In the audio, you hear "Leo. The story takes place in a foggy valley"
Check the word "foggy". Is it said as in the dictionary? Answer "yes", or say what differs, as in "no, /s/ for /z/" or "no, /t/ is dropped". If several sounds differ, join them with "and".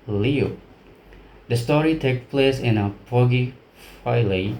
no, /p/ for /f/